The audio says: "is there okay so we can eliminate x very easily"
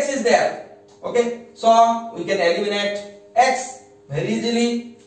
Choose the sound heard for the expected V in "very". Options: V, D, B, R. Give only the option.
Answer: B